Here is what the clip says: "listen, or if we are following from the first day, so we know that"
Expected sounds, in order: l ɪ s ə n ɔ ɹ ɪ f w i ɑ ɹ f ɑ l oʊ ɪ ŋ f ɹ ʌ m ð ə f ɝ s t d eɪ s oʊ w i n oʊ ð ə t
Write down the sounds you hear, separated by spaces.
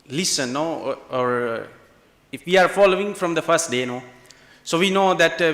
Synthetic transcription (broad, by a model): l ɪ s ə n ɔ ɹ ɪ f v i ɑ ɹ f ɑ l oʊ ɪ ŋ f ɹ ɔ m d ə f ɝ s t d eɪ s oʊ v i n oʊ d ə t